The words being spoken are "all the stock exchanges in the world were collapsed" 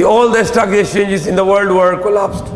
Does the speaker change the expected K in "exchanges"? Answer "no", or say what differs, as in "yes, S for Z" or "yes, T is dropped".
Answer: yes, K is dropped